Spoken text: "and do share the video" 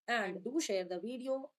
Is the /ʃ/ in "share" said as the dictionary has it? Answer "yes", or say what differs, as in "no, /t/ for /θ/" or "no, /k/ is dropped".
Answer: yes